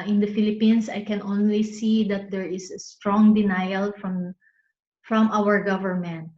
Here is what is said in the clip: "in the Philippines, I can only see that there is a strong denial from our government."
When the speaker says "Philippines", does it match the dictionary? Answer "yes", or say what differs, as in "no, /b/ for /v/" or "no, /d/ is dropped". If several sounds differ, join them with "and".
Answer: no, /s/ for /z/